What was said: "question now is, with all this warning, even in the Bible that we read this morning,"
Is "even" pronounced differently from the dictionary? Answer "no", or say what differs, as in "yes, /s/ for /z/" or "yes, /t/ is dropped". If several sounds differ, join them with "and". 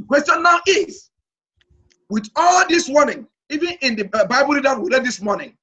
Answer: no